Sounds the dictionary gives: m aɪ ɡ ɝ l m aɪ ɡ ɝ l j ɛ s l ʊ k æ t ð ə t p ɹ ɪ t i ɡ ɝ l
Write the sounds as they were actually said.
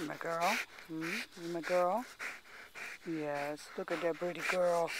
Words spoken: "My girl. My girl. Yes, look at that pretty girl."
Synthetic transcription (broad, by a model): m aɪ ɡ ɝ l m aɪ ɡ ɝ l j ɛ s l ʊ k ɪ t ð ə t b ɹ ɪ t i ɡ ɝ l